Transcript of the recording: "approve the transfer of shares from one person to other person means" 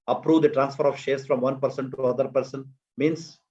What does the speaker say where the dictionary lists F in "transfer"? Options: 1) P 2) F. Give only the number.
2